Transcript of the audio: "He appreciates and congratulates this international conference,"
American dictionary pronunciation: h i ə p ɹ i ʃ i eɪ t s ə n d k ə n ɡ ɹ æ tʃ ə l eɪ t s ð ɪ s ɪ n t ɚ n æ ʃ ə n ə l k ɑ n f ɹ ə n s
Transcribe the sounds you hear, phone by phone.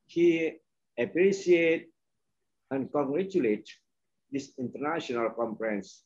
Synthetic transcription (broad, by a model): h i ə p ɹ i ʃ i eɪ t ə n k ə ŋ ɡ ɹ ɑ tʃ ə l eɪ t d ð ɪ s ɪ n t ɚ n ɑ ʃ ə n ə l k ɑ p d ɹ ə n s